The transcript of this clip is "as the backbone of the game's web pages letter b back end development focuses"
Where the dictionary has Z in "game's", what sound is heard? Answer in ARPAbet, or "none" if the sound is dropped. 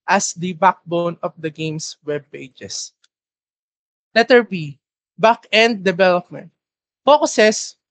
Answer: S